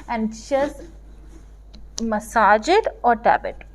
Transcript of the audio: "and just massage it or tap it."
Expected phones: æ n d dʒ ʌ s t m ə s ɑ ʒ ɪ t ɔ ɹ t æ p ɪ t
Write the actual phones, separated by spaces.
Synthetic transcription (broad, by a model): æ n d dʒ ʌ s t m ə s ɑ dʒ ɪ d ɔ ɹ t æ b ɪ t